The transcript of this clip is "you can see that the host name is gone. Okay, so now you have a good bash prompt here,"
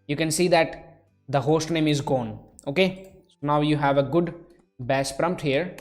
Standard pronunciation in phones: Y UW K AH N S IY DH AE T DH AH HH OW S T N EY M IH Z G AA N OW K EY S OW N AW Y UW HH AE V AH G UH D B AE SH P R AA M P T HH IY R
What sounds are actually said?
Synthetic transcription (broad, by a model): Y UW K AH N S IY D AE T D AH HH OW S T N EY M IH Z G AA N OW K EY S OW N AW Y UW HH AE V AH G UH D B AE S P R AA M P T HH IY R